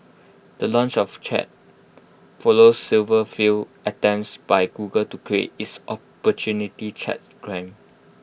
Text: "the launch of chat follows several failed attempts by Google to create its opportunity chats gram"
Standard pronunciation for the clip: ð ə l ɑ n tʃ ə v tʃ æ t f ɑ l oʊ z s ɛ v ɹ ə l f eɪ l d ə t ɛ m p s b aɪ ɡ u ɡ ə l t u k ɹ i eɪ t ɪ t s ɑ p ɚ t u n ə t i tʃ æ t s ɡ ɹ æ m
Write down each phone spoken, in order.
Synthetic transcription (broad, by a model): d ə l ɑ n tʃ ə f tʃ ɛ t f ɑ l oʊ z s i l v ə f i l ə t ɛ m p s b aɪ ɡ u ɡ ə l t u k ɹ i eɪ t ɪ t s ɑ p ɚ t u n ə t i tʃ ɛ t ɡ ɹ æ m